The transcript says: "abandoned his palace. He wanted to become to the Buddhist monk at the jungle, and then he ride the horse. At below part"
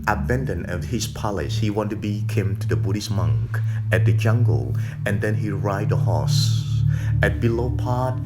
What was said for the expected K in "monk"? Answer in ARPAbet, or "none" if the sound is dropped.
K